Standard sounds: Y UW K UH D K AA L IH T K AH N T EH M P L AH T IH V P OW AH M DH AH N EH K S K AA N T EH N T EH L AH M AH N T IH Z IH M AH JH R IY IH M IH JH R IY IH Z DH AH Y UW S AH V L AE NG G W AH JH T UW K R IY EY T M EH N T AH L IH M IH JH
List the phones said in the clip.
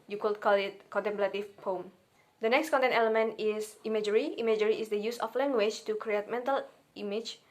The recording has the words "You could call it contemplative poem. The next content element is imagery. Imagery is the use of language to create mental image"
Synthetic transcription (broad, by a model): Y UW K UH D K AA L IH T K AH N T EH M P L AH T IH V P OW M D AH N EH K S K AA N T EH N T EH L AH M AH N T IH S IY M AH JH R IY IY M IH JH R IY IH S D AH Y UW S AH F L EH NG G W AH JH T UW K R IY EY T M EH N T AH L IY M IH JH